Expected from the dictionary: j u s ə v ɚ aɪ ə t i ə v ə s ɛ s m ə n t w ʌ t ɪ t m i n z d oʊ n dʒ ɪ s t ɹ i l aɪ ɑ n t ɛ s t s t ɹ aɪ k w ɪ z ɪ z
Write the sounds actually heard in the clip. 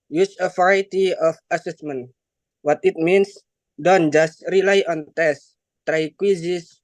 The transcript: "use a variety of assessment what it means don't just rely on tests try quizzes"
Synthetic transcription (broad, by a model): j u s ə f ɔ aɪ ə t i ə f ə s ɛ s m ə n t w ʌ t ɪ t m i n s d oʊ n dʒ ɪ s t ɹ i l aɪ ɑ n t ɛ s s t ɹ aɪ k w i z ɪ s